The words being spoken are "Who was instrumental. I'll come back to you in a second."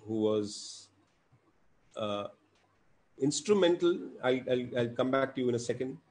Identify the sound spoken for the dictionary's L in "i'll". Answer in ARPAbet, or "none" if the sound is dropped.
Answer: L